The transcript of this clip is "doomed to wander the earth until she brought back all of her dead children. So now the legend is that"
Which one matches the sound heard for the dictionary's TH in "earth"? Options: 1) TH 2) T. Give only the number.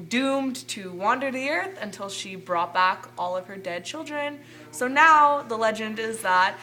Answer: 1